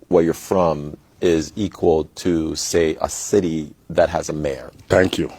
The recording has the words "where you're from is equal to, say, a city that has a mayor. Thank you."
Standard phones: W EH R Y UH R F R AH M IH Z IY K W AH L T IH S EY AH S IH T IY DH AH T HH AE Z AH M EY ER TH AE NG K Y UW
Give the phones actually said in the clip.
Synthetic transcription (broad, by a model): W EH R Y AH R F R AH M IH Z IY K W AH L T IH S EY AH S IH T IY DH AH T HH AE Z AH M EY ER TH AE NG K Y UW